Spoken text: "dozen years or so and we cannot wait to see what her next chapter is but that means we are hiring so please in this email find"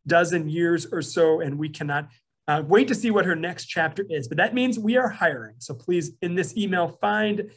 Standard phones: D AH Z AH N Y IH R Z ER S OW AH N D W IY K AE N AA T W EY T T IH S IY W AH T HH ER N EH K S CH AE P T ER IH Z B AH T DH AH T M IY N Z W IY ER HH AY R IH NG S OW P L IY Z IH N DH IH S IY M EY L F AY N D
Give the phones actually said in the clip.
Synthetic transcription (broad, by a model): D AH Z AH N Y IH R Z ER S OW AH N W IY K AE N AA T W EY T T IH S IY W AH T HH ER N EH K S CH AE P T ER IH Z B AH T DH AH T M IY N Z W IY ER HH AY R IH NG S OW P L IY Z IH N DH IH S IY M EY L F AY N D